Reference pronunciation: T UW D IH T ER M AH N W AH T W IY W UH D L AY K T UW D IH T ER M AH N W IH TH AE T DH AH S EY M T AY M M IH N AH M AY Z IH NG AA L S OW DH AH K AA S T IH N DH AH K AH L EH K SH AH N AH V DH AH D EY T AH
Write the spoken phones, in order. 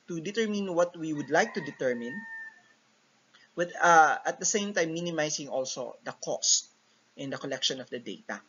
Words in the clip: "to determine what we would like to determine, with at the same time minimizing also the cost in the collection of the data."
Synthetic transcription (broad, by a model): T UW D IH T ER M AH N W AH T W IY W UH D L AY K T UW D IH T ER M AH N W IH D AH T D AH S EY M T AY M M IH N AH M AY S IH NG AA L S OW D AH K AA S T IH N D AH K AH L EH K SH AH N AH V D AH D EY T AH